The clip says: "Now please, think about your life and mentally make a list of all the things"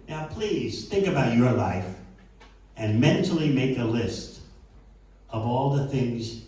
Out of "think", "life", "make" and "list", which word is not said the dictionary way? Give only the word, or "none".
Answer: none